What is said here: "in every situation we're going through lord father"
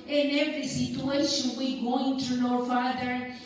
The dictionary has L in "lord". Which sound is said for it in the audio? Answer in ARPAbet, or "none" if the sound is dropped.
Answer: N